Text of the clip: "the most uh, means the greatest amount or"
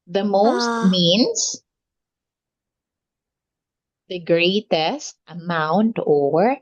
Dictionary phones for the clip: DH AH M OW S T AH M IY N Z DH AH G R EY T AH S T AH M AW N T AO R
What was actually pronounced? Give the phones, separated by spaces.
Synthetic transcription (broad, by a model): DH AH M OW S T M IY N S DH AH G R EY T AH S T AH M AW N T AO R